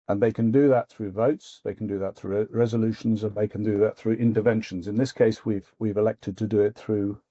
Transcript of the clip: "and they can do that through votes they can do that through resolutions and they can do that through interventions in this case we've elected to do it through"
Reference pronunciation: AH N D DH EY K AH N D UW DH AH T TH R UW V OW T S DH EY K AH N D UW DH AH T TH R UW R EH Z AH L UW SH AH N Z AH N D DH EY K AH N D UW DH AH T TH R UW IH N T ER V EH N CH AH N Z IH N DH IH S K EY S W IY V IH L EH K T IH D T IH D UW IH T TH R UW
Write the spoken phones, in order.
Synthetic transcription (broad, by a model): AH N DH EY K AH N D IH DH AH T TH R UW V OW T S DH EY K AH N D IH DH AH T TH R UW R EH Z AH L UW SH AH N Z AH N DH EY K AH N D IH DH AH T TH R UW IH N T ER V EH N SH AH N Z IH N DH IH S K EY S W IY V IH L EH K T IH D T IH D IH IH T TH R UW